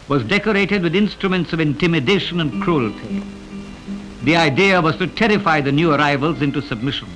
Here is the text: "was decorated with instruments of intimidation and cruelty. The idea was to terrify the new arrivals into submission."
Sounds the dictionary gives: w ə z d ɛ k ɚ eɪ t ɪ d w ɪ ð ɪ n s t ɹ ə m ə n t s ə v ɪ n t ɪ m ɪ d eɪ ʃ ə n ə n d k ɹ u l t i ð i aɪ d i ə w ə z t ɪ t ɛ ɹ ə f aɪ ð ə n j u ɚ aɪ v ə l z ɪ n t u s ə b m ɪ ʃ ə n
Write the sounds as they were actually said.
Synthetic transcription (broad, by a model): w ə z d ɛ k ɚ eɪ t ɪ d w ɪ ð ɪ n s t ɹ ə m ə n t s ə v ɪ n t ɪ m ɪ d eɪ ʃ ə n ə n k ɹ u l t i ð i aɪ d i ə w ə z t ɪ t ɛ ɹ ə f aɪ ð ə n j u ɚ aɪ v ə l z ɪ n t u s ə b m ɪ ʃ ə n